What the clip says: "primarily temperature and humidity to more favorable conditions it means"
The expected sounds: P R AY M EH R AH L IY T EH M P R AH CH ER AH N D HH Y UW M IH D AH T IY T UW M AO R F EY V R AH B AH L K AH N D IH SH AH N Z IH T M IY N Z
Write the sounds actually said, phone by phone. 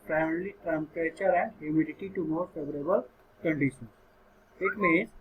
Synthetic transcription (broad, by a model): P R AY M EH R L IY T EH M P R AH CH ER AH N D HH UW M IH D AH T IY T UW M AO R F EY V R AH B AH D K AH N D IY S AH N IH T M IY N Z